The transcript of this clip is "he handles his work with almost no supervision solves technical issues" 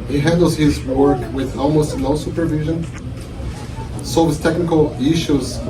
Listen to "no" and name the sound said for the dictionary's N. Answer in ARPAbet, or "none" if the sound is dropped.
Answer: L